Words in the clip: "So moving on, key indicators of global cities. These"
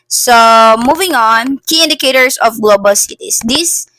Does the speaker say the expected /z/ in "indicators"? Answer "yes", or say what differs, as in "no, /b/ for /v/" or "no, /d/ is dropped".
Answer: no, /s/ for /z/